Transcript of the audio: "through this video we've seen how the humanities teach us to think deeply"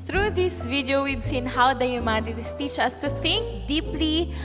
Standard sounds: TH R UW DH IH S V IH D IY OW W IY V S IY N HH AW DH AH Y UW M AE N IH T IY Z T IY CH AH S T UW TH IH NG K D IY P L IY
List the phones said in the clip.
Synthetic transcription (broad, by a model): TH R UW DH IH S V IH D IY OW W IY B S IY N HH AW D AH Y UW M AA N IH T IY S T IY CH AH S T UW TH IH NG K D IY P L IY